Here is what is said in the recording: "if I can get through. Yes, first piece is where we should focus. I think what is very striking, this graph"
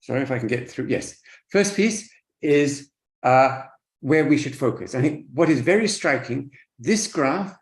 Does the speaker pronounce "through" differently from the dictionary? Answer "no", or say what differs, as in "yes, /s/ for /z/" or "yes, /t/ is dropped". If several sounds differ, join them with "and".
no